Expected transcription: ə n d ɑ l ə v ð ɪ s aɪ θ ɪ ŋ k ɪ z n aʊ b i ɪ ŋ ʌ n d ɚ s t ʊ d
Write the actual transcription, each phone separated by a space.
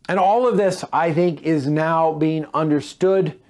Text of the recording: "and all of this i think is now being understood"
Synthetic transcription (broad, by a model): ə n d ɑ l ə v ð ɪ s aɪ θ ɪ ŋ k ɪ z n aʊ b i ɪ ŋ ʌ n d ɚ s t ʊ d